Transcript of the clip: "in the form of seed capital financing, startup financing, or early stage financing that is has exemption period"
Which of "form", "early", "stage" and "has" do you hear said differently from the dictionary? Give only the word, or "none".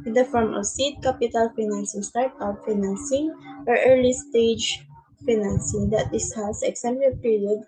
has